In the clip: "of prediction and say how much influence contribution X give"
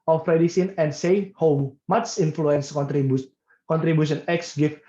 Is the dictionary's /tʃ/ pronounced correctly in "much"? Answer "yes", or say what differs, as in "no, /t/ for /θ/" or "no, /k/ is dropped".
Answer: no, /s/ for /tʃ/